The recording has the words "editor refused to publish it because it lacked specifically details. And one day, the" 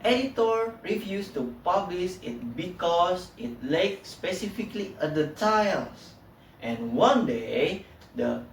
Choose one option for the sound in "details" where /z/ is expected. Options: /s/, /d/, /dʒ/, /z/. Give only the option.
/s/